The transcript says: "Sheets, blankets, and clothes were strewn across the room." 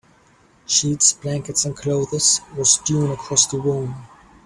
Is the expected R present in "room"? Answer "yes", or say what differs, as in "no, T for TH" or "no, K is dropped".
no, W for R